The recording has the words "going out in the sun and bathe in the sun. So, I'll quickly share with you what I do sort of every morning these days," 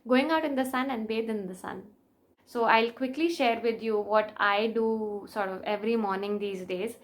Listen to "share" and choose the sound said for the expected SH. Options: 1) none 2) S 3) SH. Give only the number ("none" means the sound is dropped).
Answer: 3